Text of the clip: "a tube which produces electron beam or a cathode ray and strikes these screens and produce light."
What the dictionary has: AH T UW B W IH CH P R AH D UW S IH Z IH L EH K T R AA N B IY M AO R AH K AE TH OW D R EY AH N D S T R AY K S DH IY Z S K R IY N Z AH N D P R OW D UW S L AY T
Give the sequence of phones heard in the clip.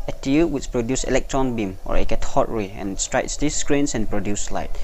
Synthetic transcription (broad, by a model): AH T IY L W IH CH P R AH D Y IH S IH L EH K T R AA N B IY M AO R AH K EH T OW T R EY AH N S T R AY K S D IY S K R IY N S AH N P R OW D UW S L AY T